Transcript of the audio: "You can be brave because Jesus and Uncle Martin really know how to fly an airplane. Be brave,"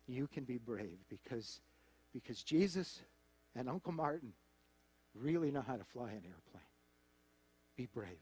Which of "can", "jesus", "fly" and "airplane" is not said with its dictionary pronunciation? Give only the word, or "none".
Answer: none